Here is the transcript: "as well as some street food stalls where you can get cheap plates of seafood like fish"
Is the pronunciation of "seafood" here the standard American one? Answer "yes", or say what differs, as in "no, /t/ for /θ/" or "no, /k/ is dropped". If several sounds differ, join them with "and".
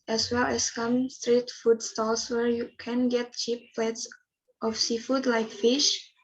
yes